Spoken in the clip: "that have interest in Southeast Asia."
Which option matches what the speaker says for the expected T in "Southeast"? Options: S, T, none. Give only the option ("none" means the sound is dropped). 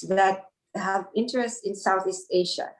T